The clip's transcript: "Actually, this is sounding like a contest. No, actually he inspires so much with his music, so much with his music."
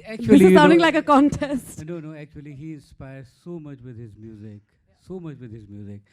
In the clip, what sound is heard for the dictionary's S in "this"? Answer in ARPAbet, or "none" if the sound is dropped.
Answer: none